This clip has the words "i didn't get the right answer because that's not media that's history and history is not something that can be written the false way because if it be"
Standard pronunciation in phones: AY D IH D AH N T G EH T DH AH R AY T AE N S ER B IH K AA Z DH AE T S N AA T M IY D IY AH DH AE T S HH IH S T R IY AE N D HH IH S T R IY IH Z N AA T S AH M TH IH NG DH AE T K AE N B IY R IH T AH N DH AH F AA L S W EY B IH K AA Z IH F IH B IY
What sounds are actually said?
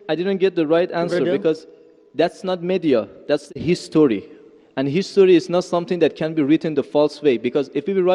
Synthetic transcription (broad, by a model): AY D IH D AH N T G EH T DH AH R AY T AE N S ER B IH K AA Z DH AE T S N AA T M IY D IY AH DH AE T S HH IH S T R IY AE N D HH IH S T R IY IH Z N AA T S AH M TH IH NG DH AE T K AE N B IY R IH T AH N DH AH F AA L S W EY B IH K AA Z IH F IH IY